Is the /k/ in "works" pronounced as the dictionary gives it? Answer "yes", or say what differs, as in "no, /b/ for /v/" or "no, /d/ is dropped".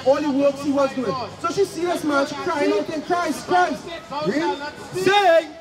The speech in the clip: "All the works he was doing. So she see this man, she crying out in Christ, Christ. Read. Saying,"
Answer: yes